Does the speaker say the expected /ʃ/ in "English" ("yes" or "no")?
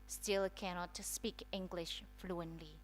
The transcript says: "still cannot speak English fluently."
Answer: yes